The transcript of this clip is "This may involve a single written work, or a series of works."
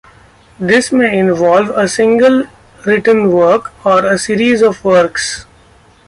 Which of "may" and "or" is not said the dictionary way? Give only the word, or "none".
none